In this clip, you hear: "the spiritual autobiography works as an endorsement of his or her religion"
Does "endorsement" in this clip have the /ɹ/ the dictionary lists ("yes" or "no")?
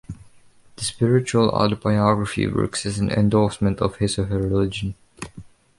no